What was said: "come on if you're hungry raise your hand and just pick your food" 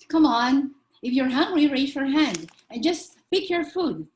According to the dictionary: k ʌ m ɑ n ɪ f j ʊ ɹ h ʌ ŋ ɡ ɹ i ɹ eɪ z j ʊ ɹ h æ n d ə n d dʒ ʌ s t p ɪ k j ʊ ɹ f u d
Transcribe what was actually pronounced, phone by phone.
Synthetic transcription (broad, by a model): k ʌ m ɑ n ɪ f j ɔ ɹ h ʌ ŋ ɡ ɹ i ɹ eɪ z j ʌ ɹ h æ n d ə n dʒ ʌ s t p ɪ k j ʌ ɹ f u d